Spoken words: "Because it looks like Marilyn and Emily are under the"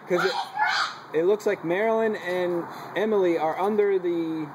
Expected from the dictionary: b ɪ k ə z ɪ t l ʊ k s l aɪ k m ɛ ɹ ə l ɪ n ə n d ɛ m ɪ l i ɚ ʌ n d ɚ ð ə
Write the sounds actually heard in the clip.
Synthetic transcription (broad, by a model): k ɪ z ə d ɪ t l ʊ k s l aɪ k m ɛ ɹ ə l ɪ n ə n ɛ m l i ɚ ʌ n d ɚ ð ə